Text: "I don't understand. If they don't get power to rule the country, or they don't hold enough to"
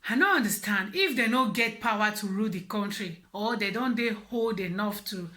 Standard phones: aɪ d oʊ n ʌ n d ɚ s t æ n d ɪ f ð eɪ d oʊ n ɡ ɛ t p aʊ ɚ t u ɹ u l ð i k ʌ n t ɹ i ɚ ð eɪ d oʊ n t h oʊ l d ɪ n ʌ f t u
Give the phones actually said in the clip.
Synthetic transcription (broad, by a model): aɪ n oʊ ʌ n d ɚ s t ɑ n d ɪ f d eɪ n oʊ ɡ ɛ t p aʊ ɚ t u ɹ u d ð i k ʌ n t ɹ i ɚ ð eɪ d oʊ n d h oʊ l d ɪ n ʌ f t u